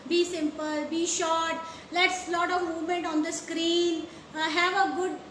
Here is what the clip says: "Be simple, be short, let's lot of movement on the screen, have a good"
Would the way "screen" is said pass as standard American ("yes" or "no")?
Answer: yes